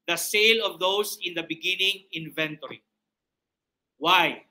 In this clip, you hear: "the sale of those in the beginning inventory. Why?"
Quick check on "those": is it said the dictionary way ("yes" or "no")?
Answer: no